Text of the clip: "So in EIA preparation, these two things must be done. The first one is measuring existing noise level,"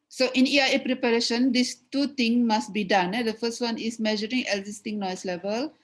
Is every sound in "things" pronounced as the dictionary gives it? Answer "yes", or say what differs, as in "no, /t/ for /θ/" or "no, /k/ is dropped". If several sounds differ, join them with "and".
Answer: no, /t/ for /θ/ and /z/ is dropped